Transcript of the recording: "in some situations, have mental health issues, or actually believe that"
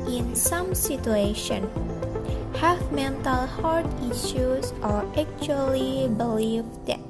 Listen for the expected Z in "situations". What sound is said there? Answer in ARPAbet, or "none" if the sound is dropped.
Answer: none